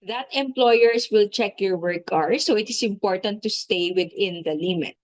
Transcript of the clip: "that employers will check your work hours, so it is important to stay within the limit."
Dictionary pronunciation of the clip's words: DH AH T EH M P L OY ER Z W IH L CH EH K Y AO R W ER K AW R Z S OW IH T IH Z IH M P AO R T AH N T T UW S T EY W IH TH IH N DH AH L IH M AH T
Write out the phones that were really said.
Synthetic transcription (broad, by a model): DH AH T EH M P L OY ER S W IH L CH EH K Y AO R W ER K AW R S OW IH T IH S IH M P AO R T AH N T T UW S T EY W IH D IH N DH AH L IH M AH T